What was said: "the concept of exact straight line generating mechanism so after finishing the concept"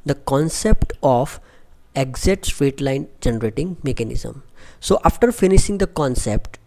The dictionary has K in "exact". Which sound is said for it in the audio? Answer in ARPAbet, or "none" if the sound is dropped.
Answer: none